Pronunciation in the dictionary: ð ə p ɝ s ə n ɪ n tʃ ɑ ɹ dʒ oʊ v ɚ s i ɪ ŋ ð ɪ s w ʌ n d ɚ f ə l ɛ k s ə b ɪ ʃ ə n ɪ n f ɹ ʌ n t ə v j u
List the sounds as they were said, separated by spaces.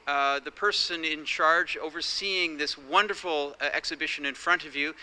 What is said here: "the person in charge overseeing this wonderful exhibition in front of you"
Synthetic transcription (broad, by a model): ð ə p ɝ s ə n ɪ n tʃ ɑ ɹ dʒ oʊ v ɚ s i ɪ ŋ ð ɪ s w ʌ n d ɚ f l ɛ k s ə b ɪ ʃ ə n ɪ n f ɹ ʌ n t ə v j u